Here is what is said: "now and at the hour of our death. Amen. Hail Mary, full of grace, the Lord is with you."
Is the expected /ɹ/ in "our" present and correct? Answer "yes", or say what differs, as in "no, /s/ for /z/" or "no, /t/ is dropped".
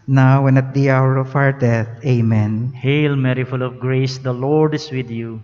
yes